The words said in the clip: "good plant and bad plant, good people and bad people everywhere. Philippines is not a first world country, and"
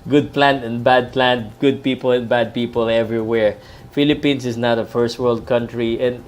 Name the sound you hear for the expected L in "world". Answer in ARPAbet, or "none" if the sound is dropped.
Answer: L